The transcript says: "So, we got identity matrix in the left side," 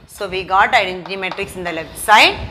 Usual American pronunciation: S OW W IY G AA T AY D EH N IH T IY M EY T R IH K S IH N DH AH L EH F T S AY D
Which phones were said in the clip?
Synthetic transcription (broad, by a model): S OW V IY G AA T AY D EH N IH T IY M EY T R IH K S IH N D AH L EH S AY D